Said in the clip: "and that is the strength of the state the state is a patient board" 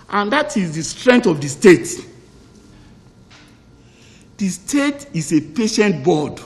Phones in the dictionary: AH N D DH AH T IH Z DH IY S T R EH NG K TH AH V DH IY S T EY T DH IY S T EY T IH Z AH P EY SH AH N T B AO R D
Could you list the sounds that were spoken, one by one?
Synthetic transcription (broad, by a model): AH N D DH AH T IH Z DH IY S T R EH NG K T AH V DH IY S T EY T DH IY S T EY T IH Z AH P EY SH AH N T B AO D